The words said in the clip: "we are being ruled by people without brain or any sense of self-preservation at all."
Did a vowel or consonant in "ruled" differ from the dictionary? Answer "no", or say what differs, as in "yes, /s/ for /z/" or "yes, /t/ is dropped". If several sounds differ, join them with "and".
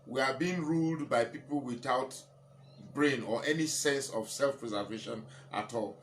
no